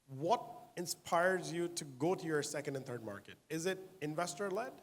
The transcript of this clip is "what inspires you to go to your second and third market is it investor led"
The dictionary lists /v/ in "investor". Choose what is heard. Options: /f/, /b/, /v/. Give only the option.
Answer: /v/